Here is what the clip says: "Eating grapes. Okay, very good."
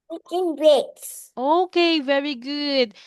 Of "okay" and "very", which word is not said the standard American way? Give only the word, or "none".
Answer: none